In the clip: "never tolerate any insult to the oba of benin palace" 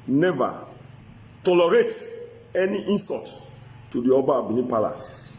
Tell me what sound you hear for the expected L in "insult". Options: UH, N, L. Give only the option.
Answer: N